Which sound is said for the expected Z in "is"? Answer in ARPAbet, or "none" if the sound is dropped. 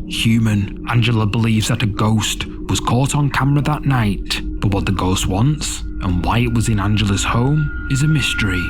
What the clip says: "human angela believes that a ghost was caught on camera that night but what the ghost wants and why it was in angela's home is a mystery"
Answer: Z